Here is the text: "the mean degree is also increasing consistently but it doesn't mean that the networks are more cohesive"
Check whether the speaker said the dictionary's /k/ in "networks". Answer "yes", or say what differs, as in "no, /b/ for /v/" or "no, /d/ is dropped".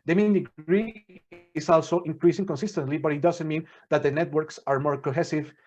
yes